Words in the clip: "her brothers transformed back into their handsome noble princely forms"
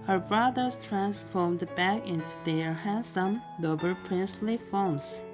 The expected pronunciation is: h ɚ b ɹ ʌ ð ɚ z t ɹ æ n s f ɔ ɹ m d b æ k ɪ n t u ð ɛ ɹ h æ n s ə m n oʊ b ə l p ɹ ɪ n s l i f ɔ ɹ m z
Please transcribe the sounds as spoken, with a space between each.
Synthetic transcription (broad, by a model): h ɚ b ɹ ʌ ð ɚ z t ɹ æ n s f ɔ ɹ m d b æ k ɪ n t u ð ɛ ɹ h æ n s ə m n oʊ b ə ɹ p ɹ ɪ n s l i f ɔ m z